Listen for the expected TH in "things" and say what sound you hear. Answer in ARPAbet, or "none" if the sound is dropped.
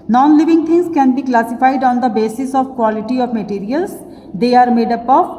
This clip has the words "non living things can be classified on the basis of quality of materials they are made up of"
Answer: T